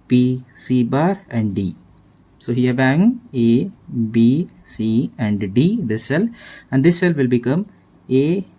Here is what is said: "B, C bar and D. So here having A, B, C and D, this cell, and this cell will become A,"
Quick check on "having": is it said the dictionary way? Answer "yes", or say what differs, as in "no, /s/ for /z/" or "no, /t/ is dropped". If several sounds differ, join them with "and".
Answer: no, /b/ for /v/